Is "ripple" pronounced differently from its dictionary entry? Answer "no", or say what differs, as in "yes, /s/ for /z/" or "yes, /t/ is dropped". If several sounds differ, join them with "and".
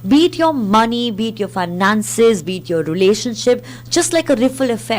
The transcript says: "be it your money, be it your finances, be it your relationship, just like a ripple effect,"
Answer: yes, /f/ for /p/